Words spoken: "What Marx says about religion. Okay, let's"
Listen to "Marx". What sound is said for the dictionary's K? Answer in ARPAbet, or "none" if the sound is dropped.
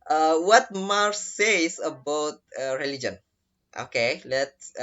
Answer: none